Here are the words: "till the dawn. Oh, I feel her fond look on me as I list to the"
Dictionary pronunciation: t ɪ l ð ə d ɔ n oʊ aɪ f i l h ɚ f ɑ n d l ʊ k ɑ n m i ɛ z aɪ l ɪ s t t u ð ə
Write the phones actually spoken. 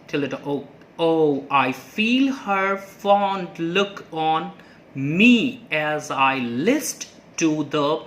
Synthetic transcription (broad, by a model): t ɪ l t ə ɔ oʊ aɪ f i l h ɚ f ɑ n d l ʊ k ɑ n m i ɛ z aɪ l ɪ s t t u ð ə